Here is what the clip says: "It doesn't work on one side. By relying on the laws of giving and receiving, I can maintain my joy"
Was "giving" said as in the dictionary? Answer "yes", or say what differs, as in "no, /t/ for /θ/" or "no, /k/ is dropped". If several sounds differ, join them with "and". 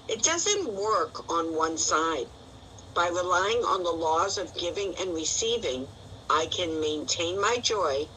yes